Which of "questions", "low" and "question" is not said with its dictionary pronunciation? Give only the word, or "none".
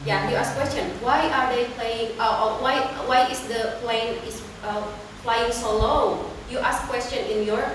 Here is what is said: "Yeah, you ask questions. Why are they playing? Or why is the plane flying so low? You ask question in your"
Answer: questions